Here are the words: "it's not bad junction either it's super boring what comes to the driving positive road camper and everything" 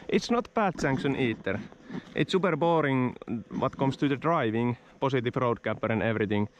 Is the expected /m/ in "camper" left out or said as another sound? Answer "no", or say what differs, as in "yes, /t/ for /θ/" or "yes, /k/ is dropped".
yes, /m/ is dropped